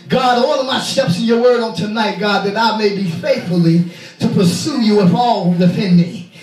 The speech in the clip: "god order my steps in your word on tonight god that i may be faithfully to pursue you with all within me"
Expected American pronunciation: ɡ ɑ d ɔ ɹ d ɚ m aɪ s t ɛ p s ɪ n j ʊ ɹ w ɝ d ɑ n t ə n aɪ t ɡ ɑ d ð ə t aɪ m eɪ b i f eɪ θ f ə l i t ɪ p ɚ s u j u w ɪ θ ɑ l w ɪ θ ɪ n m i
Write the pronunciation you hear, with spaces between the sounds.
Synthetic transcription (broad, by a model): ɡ ɑ d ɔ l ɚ m aɪ s t ɛ p s ɪ n j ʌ ɹ w ɝ d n t ə n aɪ t ɡ ɑ d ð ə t aɪ m eɪ b i f eɪ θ f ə l i t ɪ p ɚ s u j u w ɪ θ ɑ l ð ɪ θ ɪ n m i